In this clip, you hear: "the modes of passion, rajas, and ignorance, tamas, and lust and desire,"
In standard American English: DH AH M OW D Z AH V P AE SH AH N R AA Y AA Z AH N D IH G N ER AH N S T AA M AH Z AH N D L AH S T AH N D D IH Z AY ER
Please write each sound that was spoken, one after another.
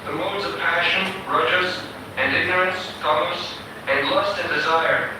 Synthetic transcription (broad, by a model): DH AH M OW D Z AH V P AE SH AH N R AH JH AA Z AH N IH G N ER AH N S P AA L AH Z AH N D L AH S T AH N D D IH Z AY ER